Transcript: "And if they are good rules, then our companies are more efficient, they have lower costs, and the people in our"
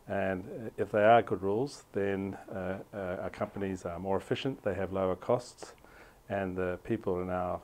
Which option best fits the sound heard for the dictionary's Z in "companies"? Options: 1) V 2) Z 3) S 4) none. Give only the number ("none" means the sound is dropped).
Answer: 2